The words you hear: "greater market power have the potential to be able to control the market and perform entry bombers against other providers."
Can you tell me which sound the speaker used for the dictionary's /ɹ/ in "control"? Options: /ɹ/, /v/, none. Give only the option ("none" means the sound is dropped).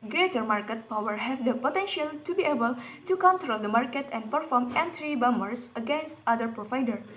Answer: /ɹ/